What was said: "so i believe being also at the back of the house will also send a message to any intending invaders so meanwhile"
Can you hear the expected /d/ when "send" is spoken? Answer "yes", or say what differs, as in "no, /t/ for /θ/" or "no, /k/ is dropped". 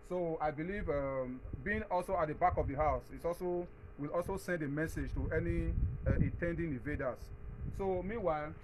yes